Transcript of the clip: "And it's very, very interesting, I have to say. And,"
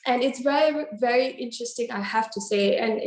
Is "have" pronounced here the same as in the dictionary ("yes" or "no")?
no